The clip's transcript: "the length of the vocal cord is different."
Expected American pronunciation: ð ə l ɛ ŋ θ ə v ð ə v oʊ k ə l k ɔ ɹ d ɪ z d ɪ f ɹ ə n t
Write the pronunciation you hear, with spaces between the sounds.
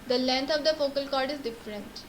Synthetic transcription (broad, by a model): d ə l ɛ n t ə v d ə f oʊ k ə l k ɔ ɹ d ɪ z d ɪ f ɹ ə n t